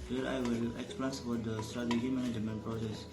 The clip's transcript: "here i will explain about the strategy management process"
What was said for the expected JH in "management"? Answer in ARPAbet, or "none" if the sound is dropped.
none